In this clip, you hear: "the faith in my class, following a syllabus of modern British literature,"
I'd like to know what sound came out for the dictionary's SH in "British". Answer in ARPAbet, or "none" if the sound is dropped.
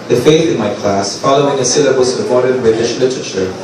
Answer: SH